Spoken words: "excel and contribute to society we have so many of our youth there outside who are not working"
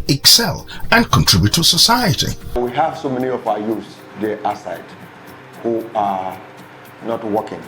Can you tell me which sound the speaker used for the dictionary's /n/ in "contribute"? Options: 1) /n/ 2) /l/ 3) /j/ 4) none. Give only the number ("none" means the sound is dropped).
1